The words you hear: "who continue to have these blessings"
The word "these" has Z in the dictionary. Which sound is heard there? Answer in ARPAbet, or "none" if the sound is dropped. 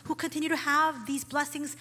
Z